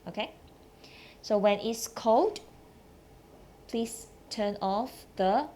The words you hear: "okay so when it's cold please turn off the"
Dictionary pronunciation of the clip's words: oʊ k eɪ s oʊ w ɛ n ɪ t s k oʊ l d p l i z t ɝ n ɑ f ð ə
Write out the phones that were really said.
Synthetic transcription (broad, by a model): oʊ k eɪ s oʊ w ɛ n ɪ t s k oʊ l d p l i s t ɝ n ɑ f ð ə